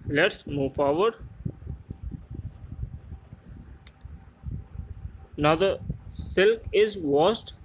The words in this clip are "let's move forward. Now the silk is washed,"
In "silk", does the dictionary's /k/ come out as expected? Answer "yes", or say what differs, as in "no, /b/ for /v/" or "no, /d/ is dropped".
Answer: yes